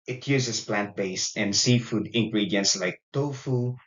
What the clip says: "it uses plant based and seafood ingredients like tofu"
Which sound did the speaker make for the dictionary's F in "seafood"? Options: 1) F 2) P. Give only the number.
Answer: 1